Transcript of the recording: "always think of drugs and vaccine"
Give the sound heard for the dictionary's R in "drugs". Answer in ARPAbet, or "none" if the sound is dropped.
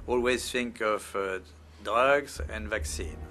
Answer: none